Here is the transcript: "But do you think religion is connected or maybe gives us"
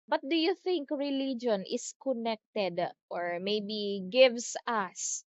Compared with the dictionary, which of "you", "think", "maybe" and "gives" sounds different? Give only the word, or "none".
gives